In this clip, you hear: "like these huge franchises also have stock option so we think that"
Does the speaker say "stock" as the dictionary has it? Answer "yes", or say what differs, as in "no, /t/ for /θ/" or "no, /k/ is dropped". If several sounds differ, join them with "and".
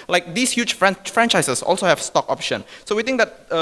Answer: yes